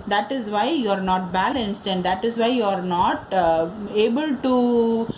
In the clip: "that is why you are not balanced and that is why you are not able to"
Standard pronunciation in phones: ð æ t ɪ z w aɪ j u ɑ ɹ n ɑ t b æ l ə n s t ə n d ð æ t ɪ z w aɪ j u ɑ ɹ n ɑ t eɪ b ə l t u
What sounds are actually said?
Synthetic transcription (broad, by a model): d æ t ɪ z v aɪ j u ɑ ɹ n ɑ t b æ l ə n s t ə n d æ t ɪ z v aɪ j u ɑ ɹ n ɑ t eɪ b ə l t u